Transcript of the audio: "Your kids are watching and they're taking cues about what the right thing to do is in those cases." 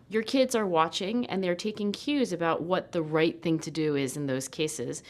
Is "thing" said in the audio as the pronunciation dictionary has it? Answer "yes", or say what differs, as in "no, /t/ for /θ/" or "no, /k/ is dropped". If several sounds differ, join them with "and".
yes